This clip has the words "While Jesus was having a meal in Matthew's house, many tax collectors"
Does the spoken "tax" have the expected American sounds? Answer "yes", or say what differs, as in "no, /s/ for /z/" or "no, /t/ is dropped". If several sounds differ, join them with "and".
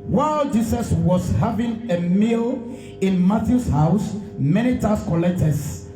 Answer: no, /k/ is dropped